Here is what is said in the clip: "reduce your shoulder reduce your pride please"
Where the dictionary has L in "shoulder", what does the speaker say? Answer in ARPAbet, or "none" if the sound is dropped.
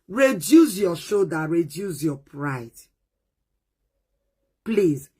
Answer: none